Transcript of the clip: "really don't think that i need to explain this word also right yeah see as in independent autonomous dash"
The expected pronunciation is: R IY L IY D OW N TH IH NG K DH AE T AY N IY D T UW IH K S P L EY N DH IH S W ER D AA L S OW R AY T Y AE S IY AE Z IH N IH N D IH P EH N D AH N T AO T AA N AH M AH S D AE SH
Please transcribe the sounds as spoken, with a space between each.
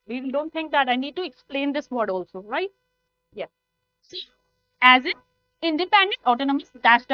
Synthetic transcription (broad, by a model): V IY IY D OW N T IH NG K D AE T AY N IY D T UW IH K S P L EY N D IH S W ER D AA L S OW R AY T Y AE S IY AE Z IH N IH N D IH P EH N D AH N T AO T AA N AH M AH S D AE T